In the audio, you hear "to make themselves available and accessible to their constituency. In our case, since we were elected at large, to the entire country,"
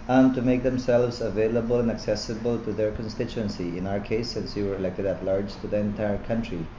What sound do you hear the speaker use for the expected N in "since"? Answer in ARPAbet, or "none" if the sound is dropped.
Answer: N